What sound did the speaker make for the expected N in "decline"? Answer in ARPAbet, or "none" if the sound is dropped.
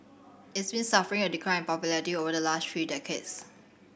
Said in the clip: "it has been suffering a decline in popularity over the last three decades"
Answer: none